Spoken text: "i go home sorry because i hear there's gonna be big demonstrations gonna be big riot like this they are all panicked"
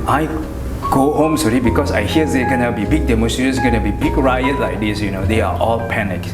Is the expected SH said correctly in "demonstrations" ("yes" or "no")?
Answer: no